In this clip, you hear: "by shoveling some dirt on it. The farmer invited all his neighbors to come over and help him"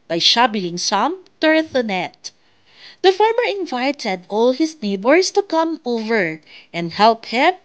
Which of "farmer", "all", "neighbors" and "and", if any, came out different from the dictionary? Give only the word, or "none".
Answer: neighbors